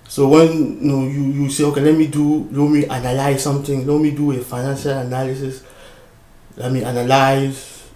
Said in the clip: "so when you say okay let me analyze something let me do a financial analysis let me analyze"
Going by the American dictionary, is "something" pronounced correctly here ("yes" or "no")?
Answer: no